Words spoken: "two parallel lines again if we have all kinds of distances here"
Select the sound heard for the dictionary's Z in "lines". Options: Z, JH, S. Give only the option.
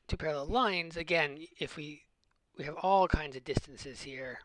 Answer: Z